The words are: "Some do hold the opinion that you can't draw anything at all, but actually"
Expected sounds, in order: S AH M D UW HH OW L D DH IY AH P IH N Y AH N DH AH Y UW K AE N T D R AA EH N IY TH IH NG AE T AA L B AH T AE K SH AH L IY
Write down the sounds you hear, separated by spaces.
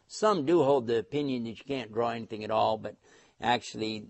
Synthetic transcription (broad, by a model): S AH M D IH HH OW L D DH IY AH P IH N Y AH N DH AH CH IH K AE N D R AA EH N IY TH IH NG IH T AA L B AH T AE K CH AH L IY